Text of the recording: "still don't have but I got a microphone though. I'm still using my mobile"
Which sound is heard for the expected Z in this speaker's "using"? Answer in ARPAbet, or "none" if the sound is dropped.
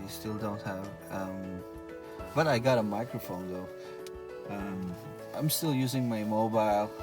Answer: Z